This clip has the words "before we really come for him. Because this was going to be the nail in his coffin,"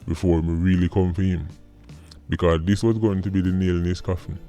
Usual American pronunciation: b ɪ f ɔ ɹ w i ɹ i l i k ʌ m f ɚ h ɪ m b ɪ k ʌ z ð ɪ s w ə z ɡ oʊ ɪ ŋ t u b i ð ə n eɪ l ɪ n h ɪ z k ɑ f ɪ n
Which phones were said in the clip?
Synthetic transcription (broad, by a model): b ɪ f ɔ ɹ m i ɹ i l i k ʌ m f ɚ h ɪ m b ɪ k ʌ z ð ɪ s w ə z ɡ oʊ ɪ ŋ t u b i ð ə n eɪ l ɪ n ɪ s k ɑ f n